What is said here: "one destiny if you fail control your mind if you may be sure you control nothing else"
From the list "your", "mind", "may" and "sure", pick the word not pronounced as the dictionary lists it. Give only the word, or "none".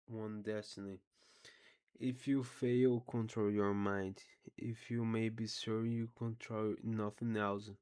sure